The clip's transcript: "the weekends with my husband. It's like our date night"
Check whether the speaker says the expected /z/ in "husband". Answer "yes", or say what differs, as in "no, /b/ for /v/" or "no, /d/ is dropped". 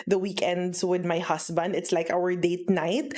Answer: no, /s/ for /z/